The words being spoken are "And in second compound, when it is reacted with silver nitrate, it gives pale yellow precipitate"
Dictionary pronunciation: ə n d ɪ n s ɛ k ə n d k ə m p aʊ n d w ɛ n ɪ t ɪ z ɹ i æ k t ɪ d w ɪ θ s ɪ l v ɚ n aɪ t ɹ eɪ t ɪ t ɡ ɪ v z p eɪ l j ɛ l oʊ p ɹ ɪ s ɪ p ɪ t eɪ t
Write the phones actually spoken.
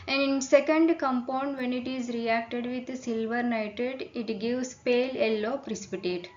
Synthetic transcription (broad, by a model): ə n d ɪ n s ɛ k ə n d k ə m p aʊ n d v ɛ n ɪ t ɪ z ɹ i æ k t ɪ d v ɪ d s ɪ l v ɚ n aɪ t eɪ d ɪ t ɡ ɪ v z p eɪ l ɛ l oʊ p ɹ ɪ s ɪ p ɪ t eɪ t